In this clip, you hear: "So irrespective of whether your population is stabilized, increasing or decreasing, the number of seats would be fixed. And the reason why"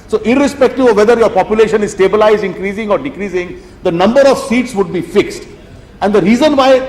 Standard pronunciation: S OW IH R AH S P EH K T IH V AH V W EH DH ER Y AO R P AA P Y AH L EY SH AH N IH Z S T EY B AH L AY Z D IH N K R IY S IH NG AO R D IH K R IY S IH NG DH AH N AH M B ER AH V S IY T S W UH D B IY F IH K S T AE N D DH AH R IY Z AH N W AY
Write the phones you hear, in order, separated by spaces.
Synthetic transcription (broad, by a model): S OW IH R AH S P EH K T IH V AH V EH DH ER Y AO R P AA P Y AH L EY SH AH N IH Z S T EY B AH L AY Z D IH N K R IY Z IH NG AO R D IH K R IY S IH NG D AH N AH M B ER AH V S IY T S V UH D B IY F IH K S T AE N D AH R IY Z AH N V AY